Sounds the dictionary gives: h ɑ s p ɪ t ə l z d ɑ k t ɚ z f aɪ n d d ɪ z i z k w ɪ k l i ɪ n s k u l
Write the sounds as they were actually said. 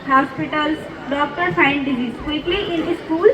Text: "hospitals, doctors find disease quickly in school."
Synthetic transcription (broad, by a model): h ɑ s p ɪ t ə l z d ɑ k t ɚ f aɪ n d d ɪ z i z k w ɪ k l i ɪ n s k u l